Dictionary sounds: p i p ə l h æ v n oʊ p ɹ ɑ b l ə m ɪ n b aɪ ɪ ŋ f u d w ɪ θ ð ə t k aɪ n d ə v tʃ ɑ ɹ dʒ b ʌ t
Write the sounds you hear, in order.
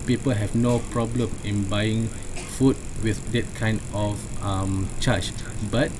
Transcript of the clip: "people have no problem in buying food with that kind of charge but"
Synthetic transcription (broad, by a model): p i p ə l h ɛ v n oʊ p ɹ ɑ b l ə m ɪ n b aɪ ɪ ŋ f u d w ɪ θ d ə t k aɪ n d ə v tʃ ɑ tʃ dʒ b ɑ t